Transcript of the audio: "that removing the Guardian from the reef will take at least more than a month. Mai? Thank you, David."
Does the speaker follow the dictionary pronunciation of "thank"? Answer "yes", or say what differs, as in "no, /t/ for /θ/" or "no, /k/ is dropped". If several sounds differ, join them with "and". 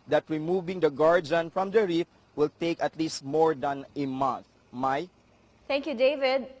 no, /t/ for /θ/